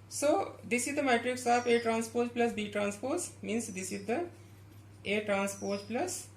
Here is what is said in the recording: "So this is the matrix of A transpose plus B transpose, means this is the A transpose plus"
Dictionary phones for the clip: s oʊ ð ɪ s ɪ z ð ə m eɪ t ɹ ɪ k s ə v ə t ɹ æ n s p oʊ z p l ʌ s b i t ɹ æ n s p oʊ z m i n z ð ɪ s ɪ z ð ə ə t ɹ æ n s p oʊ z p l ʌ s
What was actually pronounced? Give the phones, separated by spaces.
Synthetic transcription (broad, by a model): s oʊ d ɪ s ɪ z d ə m eɪ t ɹ ɪ k s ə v ə t ɹ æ n s p oʊ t p l ʌ s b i t ɹ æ n s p oʊ s m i n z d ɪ s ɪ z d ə ə t ɹ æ n s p oʊ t p l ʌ s